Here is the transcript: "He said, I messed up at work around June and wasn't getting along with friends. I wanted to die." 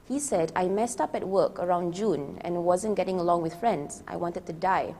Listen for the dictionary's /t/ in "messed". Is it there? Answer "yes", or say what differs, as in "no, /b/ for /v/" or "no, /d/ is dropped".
yes